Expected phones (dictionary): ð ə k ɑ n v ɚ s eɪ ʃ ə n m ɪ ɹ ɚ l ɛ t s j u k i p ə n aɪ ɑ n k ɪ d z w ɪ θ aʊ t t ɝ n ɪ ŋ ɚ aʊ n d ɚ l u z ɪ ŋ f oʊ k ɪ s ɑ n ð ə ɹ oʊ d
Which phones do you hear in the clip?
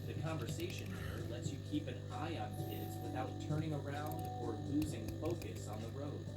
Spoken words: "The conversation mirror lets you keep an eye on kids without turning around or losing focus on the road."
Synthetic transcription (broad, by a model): ð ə k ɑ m v ɚ s eɪ ʃ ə n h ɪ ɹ l ɛ t s j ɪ k i p ə n aɪ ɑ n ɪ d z w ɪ θ aʊ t t ɝ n ɪ ŋ ɚ aʊ n d ɚ l u z ɪ ŋ f oʊ k ɪ s n ð ə ɹ oʊ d